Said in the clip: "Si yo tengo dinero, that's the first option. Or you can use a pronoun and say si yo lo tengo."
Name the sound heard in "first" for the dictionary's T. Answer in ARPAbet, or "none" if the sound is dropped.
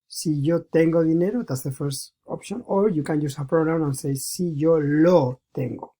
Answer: T